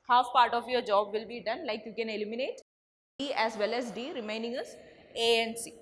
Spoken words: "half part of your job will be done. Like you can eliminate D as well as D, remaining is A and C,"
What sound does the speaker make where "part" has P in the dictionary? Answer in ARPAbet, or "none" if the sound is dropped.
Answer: P